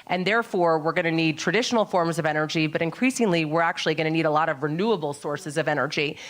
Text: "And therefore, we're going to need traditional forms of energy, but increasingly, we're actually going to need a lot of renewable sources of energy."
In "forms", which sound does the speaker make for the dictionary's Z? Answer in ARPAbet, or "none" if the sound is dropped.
Z